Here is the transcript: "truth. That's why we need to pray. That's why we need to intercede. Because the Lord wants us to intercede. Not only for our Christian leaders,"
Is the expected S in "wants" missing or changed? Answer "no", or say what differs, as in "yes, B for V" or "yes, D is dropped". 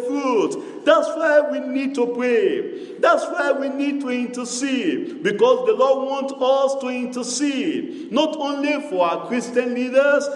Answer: yes, S is dropped